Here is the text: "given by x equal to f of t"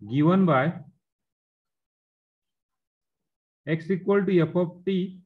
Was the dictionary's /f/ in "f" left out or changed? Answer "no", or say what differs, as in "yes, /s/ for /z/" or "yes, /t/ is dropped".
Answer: yes, /p/ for /f/